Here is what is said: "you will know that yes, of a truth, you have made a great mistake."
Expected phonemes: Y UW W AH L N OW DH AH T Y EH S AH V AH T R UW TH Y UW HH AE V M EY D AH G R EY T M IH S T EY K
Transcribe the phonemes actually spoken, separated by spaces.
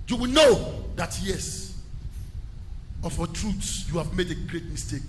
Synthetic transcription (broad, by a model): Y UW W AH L N OW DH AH T Y EH S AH F AH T R UW S Y UW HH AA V M EY D AH G R EY T M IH S T EY K